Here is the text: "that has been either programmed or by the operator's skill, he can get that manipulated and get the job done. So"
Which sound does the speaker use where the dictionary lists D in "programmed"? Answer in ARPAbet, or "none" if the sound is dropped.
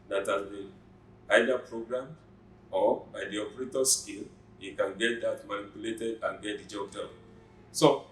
none